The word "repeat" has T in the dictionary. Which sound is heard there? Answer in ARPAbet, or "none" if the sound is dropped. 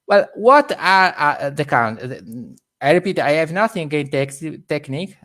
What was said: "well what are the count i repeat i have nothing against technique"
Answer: T